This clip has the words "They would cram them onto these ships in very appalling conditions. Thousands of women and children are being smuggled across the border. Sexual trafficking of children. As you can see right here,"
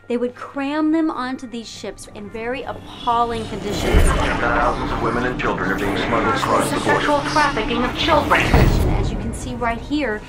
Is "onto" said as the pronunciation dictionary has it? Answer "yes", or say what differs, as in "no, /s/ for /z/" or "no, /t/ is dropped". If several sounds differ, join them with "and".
yes